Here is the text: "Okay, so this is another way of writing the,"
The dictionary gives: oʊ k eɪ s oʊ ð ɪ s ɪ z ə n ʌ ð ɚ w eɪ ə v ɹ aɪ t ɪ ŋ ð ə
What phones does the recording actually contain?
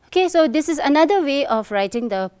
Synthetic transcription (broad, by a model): oʊ k eɪ s oʊ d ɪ s ɪ z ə n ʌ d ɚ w eɪ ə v ɹ aɪ t ɪ ŋ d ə